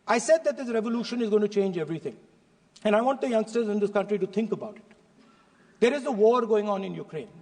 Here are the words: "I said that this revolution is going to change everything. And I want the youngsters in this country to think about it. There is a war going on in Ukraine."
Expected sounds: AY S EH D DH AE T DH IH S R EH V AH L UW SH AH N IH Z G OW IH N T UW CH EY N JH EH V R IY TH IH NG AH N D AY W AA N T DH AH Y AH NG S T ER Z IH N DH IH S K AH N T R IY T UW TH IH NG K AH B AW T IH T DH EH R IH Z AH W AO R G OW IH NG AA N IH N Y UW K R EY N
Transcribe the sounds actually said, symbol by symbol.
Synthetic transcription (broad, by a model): AY S EH D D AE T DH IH S R EH V AH L UW SH AH N IH Z G OW IH N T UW CH EY N JH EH V R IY T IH NG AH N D AY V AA N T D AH Y AH NG S T ER Z IH N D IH S K AH N T R IY T UW T IH NG K AH B AW T IH T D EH R IH Z AH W AO R G OW IH NG AA N IH N Y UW K R EY N